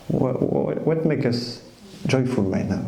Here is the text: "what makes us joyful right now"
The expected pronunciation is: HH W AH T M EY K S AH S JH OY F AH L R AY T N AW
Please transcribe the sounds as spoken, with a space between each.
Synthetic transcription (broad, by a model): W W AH T M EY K AH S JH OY F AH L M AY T N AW